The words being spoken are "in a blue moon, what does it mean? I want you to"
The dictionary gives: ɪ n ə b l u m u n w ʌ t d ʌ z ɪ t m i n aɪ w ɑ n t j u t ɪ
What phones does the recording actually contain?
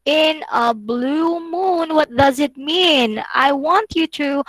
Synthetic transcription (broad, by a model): ɪ n ə b l u m u n w ʌ t d ʌ z ɪ t m i n aɪ w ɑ n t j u t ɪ